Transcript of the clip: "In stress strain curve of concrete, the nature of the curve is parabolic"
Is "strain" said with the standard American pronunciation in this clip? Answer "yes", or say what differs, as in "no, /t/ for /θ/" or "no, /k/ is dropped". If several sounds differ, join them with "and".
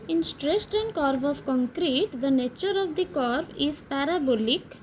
no, /ɹ/ is dropped